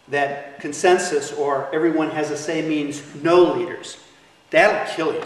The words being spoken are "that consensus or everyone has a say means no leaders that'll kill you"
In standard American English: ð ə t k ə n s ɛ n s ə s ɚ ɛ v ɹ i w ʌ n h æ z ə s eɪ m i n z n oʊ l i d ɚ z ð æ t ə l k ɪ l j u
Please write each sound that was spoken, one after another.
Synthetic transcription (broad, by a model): ð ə t k ə n s ɛ n s ə s ɚ ɛ v ɹ i w ʌ n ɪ z ə s eɪ m i n z n oʊ l i d ɚ z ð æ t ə k ɪ l j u